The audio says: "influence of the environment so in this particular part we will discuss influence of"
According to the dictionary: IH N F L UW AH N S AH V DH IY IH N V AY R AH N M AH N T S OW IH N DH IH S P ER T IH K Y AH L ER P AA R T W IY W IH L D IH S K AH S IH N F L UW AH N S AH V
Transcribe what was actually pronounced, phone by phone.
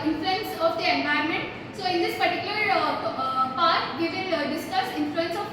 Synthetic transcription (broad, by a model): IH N F L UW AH N S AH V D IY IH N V AY AH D M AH N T S OW IH N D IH S P ER T IH K Y AH L ER P AA R T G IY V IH N D IH S K AH S IH N F L UW AH N S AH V